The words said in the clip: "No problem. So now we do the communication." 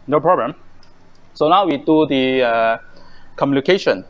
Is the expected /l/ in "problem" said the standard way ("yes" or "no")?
no